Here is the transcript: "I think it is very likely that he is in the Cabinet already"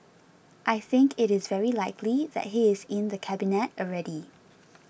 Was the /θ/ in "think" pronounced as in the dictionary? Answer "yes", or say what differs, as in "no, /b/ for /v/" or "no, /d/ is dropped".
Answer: yes